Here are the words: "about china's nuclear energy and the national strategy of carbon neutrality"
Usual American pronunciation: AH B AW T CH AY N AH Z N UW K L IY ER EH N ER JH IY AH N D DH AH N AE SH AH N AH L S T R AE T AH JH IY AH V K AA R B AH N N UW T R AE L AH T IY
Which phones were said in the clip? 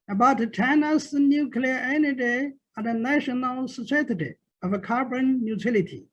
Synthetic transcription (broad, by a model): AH B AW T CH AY N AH S N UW K L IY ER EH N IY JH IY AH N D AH N AE SH AH N AH L S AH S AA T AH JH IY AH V K AA R B AH N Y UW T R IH L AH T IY